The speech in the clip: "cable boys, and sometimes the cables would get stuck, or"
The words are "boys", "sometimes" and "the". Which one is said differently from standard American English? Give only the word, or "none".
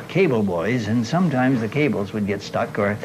none